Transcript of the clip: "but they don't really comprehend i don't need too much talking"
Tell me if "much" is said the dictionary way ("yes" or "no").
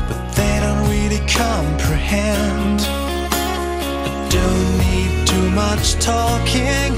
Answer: yes